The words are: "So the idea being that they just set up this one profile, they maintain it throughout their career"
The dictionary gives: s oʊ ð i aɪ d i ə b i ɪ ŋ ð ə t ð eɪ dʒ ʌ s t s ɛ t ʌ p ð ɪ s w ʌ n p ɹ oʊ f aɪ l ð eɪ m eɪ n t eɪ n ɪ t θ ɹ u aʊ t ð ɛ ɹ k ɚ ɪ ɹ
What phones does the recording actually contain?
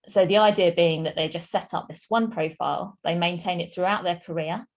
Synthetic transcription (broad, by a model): s oʊ ð i aɪ d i ə b i ɪ ŋ ð ə t ð eɪ dʒ ʌ s t s ɛ t ʌ p ð ɪ s w ʌ n p ɹ oʊ f aɪ l ð eɪ m eɪ n t eɪ n ɪ t θ ɹ u aʊ t ð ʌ k ɚ ɪ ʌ